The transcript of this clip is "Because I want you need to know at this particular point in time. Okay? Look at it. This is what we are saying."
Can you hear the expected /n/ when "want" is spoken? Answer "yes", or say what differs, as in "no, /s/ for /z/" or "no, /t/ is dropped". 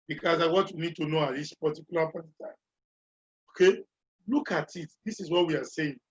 no, /n/ is dropped